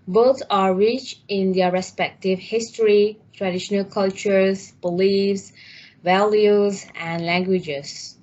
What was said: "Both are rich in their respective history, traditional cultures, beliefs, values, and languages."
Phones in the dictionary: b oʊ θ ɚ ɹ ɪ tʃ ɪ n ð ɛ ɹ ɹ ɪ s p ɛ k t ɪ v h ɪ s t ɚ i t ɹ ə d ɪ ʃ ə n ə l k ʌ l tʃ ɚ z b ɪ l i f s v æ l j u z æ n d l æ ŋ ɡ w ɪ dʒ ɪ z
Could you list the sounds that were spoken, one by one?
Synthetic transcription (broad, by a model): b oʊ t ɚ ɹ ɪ tʃ ɪ n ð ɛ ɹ ɹ ɪ s p ɛ k t ɪ v h ɪ s t ɚ i t ɹ ə d ɪ ʃ ə n ə l k ʌ l tʃ ɚ z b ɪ l i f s v æ l j u z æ n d l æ ŋ ɡ w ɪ dʒ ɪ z